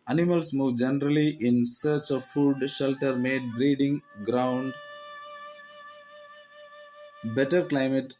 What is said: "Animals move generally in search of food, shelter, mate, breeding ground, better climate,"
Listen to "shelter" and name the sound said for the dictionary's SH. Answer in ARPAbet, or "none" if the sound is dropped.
SH